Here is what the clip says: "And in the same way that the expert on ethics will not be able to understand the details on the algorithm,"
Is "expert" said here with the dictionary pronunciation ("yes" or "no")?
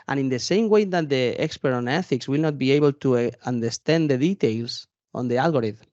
yes